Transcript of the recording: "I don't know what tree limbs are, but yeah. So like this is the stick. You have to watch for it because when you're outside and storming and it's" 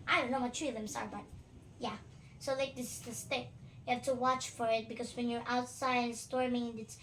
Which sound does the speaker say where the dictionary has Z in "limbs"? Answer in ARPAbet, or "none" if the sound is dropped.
S